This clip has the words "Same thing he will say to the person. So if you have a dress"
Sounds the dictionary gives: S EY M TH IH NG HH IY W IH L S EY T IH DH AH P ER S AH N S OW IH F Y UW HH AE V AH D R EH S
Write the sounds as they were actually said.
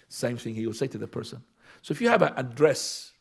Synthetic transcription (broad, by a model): S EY M TH IH NG HH IY W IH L S EY T IH DH AH P ER S AH N S OW IH F Y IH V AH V AH D R EH S